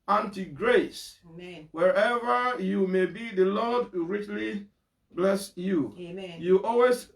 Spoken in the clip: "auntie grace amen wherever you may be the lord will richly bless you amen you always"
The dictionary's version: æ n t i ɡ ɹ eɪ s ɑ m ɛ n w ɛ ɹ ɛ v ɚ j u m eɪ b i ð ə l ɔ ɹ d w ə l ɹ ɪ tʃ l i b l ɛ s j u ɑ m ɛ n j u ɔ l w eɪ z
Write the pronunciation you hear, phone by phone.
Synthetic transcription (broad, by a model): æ n t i ɡ ɹ eɪ s w ɛ ɹ ɛ v ɚ j u m eɪ b i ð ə l ɔ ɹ d ɹ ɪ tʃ l i b l ɛ s j u j u ɔ l w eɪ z